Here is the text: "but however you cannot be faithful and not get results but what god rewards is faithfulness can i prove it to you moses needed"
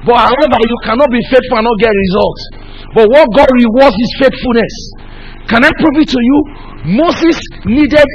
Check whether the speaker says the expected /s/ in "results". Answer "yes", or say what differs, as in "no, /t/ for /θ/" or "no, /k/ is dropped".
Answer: no, /s/ is dropped